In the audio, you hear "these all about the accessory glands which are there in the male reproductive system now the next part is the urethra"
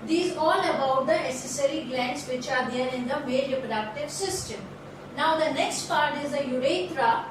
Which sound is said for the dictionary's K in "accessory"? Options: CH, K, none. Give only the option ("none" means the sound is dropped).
none